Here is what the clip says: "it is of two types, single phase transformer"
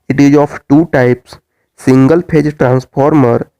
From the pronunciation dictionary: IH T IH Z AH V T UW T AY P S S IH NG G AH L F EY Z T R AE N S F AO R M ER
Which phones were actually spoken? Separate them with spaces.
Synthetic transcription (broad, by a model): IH T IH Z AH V T UW T AY P S S IH NG G AH L P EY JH T R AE N S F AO R M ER